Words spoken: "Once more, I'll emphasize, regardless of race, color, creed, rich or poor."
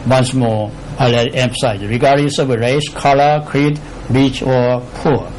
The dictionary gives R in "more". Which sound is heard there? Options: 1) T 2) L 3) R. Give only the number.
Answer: 2